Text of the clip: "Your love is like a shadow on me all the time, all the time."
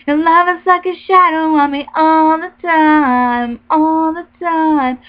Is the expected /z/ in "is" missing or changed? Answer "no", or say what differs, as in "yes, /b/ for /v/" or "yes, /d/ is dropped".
yes, /s/ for /z/